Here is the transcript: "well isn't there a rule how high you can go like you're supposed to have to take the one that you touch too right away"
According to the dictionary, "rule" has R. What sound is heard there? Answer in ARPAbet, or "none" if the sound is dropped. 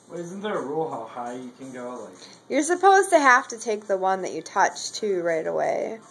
R